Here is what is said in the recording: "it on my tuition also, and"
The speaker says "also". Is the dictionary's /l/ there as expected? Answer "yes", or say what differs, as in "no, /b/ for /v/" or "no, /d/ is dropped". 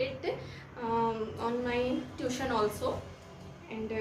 yes